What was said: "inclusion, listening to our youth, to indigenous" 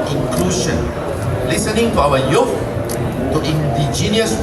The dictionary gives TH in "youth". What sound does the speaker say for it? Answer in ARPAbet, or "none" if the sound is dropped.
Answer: F